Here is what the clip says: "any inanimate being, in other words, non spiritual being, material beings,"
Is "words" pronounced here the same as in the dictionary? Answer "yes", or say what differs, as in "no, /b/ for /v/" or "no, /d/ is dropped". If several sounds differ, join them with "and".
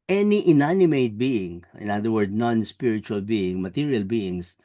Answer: no, /z/ is dropped